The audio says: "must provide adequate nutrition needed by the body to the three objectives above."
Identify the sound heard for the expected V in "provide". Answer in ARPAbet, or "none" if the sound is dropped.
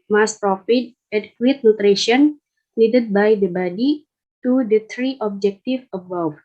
F